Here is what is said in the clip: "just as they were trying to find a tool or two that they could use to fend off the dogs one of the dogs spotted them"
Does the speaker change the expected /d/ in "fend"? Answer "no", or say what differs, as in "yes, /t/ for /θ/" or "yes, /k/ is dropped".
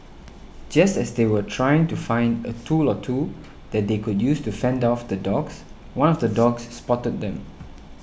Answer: no